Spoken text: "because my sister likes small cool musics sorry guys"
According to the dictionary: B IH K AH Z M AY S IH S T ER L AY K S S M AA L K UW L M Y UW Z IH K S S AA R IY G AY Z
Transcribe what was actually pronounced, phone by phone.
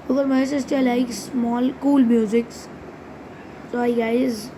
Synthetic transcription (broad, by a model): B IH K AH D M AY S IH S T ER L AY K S S M AA L K UW L M Y UW Z IH K S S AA IY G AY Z